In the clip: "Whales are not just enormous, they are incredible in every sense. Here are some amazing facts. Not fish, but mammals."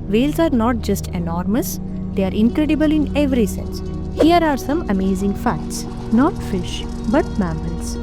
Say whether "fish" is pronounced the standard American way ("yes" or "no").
yes